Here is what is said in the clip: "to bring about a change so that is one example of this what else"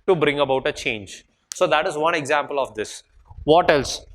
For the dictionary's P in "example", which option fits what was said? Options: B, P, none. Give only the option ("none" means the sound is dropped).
P